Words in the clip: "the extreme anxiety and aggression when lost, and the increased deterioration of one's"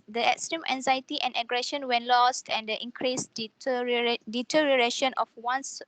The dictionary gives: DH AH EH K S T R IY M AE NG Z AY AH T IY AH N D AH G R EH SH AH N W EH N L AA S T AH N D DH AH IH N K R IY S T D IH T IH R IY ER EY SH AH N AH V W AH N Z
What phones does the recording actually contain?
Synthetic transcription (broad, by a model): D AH EH K S T R IY M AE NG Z AY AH T IY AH N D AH G R EH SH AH N W EH N L AA S T AH N D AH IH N K R IY S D D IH T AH R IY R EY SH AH N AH F W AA N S